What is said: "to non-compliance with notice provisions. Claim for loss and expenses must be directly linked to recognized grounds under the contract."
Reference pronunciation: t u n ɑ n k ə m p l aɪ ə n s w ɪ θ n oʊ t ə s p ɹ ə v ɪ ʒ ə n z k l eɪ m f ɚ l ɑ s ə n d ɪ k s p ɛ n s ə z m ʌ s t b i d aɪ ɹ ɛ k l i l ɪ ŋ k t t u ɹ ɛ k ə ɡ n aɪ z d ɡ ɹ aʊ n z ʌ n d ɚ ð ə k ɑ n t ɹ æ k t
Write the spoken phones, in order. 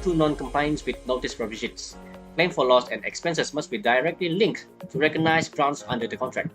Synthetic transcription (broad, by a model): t u n ɑ n k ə m p aɪ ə n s w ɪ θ n oʊ t ə s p ɹ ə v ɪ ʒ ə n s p l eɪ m f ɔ l ɑ s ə n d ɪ k s p ɛ n s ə s m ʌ s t b i d aɪ ɹ ɛ k l i l ɪ ŋ k t t u ɹ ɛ k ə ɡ n aɪ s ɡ ɹ aʊ n s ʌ n d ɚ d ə k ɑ n t ɹ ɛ k t